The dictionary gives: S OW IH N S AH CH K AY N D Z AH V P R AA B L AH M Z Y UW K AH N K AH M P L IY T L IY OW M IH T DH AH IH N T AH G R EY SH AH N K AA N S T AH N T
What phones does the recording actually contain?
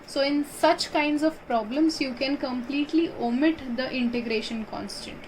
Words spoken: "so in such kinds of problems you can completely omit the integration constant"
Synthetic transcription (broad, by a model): S OW IH N S AH CH K AY N D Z AH V P R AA B L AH M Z Y UW K AH N K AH M P L IY T L IY OW M IH T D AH IH N T AH G R EY SH AH N K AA N S T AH N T